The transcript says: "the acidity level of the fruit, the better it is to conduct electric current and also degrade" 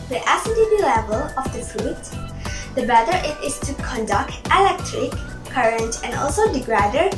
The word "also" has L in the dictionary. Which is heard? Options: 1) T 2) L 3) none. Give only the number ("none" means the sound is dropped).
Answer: 2